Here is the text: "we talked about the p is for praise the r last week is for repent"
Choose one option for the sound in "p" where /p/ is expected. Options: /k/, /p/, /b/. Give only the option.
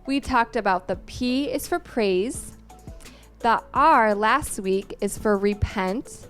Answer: /p/